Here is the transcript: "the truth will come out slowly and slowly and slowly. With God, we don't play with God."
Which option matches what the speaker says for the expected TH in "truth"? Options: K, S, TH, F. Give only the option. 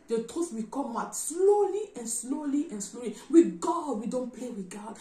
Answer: S